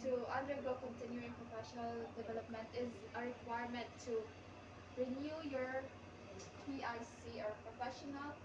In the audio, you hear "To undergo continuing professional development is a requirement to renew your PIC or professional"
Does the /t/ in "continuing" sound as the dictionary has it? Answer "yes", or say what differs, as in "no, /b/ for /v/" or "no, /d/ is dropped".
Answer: yes